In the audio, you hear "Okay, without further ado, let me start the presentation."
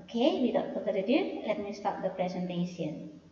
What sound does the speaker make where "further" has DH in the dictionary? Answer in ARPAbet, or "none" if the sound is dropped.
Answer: none